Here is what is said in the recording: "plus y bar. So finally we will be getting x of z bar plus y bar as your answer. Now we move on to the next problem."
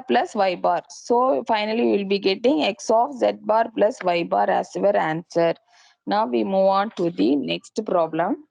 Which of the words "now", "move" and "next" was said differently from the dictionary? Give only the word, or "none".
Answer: none